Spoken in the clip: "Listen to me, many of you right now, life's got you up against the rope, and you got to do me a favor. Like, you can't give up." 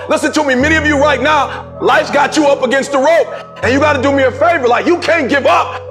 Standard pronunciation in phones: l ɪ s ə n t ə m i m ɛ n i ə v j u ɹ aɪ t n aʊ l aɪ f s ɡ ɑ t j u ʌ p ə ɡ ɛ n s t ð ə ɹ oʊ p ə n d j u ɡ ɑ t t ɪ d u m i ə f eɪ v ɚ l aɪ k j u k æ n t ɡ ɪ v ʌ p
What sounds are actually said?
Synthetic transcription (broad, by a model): l ɪ s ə n t ə m i m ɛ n i ə v j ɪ ɹ aɪ t n aʊ l aɪ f ɡ ɑ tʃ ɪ ʌ p ə ɡ ɛ n s t ð ə ɹ oʊ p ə n j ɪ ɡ ɑ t t ɪ d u m i ə f eɪ v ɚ l aɪ k j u k æ n ɡ ɪ v ʌ p